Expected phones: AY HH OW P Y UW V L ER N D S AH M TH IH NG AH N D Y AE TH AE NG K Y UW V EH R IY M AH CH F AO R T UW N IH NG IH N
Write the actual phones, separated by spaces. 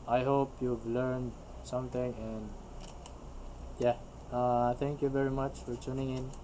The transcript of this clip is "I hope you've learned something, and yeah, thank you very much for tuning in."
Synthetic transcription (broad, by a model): AY HH OW P Y UW V L ER N D S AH M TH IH NG AH N D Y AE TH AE NG K Y UW V EH R IY M AH CH F AO R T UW N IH NG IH N